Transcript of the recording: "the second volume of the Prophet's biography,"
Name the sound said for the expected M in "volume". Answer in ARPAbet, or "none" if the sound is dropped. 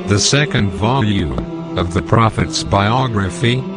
none